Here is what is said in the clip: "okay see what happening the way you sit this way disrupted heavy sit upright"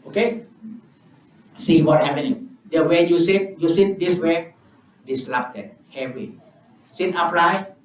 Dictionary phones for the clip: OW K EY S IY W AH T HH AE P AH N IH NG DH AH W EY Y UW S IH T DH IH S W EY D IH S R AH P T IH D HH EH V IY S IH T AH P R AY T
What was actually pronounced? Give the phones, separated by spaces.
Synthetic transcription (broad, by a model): OW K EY S IY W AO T HH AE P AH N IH NG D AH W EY Y UW S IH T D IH S W EY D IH S L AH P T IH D HH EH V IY S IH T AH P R AY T